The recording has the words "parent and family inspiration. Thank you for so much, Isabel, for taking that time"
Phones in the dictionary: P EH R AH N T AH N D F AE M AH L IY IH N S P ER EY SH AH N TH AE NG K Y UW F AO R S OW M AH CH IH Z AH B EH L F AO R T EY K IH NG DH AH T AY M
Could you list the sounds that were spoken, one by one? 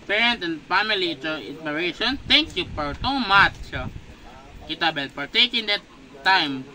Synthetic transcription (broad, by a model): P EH R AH N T AH N D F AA M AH L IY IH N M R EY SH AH N T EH NG K Y UW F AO R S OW M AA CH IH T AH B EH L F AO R T EY K IH NG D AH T AY M